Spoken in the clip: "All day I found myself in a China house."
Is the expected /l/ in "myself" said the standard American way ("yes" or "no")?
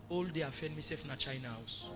no